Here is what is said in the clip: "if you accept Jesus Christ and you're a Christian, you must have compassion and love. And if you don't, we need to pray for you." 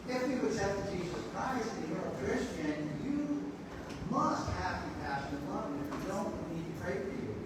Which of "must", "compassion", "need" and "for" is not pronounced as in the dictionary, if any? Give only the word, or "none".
compassion